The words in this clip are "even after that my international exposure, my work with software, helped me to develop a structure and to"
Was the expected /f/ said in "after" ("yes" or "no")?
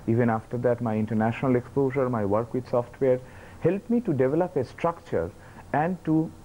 yes